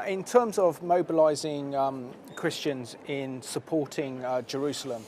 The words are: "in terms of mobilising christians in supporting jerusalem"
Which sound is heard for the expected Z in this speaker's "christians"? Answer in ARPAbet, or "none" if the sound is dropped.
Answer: Z